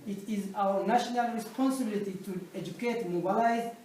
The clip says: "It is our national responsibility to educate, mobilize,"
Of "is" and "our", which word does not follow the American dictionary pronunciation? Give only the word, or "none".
none